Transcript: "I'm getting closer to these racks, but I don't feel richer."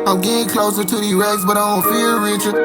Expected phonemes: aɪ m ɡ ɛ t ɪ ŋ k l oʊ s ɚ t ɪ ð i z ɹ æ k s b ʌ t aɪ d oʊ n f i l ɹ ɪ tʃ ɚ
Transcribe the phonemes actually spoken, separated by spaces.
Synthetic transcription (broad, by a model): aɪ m ɡ ɛ t ɪ ŋ k l oʊ s ɚ t ɪ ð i ɹ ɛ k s b ʌ t aɪ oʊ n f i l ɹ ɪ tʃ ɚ